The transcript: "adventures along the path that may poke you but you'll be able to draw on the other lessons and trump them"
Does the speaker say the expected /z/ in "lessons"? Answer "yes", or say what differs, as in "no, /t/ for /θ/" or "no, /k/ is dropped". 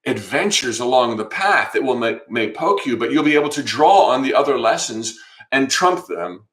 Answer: yes